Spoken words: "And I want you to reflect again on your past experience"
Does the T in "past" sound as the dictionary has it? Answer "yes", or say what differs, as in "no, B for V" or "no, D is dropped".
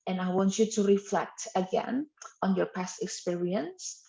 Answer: yes